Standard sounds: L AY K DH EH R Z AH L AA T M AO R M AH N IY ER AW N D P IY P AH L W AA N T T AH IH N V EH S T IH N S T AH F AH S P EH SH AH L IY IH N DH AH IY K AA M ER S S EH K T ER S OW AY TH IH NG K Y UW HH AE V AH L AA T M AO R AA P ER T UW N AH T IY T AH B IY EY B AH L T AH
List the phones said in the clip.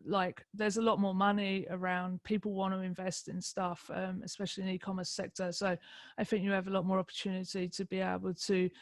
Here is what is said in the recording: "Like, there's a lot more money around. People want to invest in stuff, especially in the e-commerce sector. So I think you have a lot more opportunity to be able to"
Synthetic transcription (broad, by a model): L AY K DH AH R Z AH L AA T M AO M AH N IY ER AW N D P IY P AH L W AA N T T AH IH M V EH S T IH N S T AH F AH S P EH SH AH L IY IH N IY K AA M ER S S EH K T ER S OW AY TH IH NG K Y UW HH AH V AH L AA T M AO R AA P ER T UW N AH T IY T AH B IY EY B AH L T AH